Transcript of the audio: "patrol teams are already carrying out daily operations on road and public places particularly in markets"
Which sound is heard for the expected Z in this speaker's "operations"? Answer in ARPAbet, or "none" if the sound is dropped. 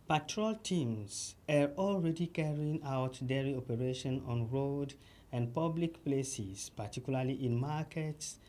none